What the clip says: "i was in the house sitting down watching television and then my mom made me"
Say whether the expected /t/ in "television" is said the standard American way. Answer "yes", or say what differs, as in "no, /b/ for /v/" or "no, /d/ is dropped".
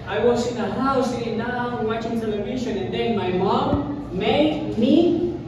no, /s/ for /t/